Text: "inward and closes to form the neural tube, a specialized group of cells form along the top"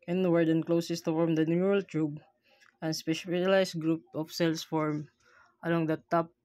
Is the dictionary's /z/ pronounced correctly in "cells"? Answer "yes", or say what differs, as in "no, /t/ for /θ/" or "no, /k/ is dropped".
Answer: no, /s/ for /z/